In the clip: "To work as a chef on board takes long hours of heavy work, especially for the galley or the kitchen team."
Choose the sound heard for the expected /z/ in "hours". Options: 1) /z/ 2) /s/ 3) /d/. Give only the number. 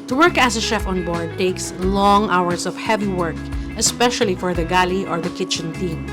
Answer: 2